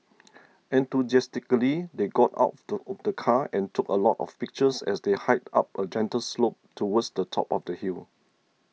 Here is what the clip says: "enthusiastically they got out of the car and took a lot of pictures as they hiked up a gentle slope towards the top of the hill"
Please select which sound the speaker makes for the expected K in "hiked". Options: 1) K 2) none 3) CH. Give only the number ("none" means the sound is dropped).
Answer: 2